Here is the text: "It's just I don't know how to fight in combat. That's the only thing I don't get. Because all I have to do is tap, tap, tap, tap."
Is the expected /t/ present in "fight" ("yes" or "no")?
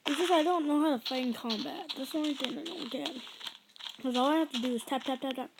no